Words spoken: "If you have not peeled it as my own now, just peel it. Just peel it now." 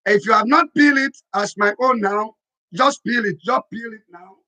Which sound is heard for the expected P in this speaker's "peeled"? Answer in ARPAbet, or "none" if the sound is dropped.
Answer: B